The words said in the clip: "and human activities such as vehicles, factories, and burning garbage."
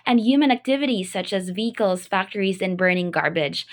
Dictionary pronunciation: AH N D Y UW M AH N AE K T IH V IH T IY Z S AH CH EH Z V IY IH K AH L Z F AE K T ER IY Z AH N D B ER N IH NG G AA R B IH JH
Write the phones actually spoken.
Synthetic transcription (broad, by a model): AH N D Y UW M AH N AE K T IH V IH T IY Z S AH CH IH Z V IY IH K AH L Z F AE K T ER IY Z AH N B ER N IH NG G AA R B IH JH